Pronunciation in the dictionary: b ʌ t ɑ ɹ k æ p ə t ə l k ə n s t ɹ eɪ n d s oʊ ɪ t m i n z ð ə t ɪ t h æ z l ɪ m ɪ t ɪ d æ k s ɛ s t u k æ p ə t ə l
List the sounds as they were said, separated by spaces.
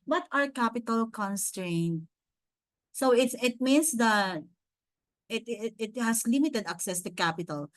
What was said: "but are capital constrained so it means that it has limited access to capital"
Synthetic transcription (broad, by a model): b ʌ t ɑ ɹ k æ p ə t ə l k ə n s t ɹ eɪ n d s oʊ ɪ t m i n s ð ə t ɪ t h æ s l ɪ m ɪ t ɪ d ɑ k s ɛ s t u k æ p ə t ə l